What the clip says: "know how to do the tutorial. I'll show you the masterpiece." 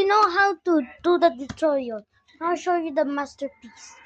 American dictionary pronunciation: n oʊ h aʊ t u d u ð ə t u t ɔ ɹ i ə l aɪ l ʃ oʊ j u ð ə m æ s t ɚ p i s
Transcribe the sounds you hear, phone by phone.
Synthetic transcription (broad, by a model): n oʊ h aʊ t u d u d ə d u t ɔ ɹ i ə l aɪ w ʃ oʊ j u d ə m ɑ s t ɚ p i s